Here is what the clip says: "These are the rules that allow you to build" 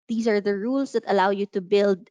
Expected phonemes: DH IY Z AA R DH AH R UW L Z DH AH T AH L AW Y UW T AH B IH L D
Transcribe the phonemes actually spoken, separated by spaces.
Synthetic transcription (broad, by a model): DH IY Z AA R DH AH R UW L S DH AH T AH L AW Y UW T AH B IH L D